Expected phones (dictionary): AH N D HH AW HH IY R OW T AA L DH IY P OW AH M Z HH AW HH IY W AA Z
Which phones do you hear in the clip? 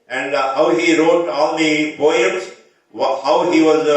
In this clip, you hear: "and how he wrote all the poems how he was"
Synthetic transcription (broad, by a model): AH N D HH AW HH IY R OW T AA L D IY B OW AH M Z HH AW HH IY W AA Z